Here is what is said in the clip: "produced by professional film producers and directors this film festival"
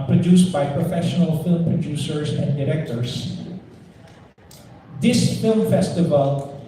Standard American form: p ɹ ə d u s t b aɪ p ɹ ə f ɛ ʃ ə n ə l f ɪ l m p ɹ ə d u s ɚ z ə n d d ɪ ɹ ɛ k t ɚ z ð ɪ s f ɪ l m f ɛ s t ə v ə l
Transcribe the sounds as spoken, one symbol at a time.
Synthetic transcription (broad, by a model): p ɹ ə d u s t b aɪ p ɹ ə f ɛ ʃ ə n ə l f ɪ l m p ɹ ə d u s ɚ s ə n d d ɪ ɹ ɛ k t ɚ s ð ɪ s f ɪ l m f ɛ s t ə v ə l